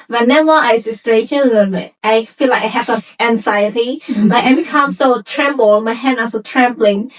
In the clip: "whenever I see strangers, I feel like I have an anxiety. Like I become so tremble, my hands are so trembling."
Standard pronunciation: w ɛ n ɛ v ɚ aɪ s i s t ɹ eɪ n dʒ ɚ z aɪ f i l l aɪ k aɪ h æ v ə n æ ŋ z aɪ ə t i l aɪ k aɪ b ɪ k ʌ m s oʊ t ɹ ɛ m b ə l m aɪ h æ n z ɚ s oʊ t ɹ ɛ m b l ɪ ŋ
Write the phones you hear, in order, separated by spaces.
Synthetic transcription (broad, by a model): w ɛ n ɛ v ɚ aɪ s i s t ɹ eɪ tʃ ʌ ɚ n aɪ f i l l aɪ k aɪ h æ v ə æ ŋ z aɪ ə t i l aɪ k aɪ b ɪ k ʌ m s oʊ t ɹ ɛ m b ə l m aɪ h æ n ɚ s oʊ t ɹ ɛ m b l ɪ ŋ